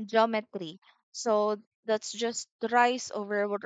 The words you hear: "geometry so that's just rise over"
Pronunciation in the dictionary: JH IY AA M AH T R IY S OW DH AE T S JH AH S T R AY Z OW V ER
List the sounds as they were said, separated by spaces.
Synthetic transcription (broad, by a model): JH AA M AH T R IY S OW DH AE T S JH AH S T R AY S OW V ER